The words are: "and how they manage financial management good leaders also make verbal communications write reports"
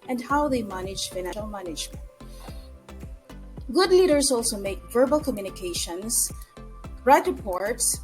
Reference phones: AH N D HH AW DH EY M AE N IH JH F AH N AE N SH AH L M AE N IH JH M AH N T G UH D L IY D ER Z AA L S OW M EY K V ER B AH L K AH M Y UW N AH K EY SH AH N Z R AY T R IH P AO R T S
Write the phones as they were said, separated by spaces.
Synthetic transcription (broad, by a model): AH N D HH AW DH EY M AE N IH JH F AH IH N AH L M AE N IH JH M AH N T G UH D L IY D ER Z AA L S OW M EY K V ER B AH L K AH M Y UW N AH K EY SH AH N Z R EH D R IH P AO R T S